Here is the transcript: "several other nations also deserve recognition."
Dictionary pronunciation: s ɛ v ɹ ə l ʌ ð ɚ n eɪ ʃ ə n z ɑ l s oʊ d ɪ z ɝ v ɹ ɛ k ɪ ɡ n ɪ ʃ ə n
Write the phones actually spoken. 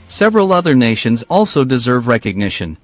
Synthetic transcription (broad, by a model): s ɛ v ɹ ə l ʌ ð ɚ n eɪ ʃ ə n z ɑ l s oʊ d ɪ z ɝ v ɹ ɛ k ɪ ɡ n ɪ ʃ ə n